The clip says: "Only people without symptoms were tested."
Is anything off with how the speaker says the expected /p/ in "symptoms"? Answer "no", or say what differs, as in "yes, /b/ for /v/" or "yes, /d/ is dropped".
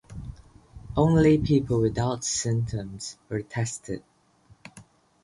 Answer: yes, /p/ is dropped